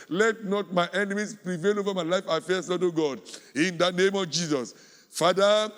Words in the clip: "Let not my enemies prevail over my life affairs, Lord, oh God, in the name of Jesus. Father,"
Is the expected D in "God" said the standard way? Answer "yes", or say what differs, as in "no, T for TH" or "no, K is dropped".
yes